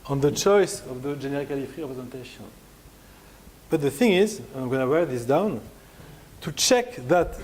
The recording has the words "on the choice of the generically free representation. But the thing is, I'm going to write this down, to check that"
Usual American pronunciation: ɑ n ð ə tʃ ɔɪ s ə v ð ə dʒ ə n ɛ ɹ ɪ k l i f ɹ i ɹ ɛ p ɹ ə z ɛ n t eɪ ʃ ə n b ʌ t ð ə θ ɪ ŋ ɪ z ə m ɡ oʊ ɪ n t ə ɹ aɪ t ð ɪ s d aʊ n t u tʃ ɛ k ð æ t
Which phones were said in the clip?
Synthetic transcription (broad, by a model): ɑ n ð ə tʃ ɔɪ s ə v ð ə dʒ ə n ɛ ɹ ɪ k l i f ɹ i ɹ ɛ p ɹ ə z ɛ n t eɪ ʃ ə n b ʌ t ð ə θ ɪ ŋ ɪ z ə m ɡ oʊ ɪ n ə w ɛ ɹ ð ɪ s d aʊ n t u tʃ ɛ k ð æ t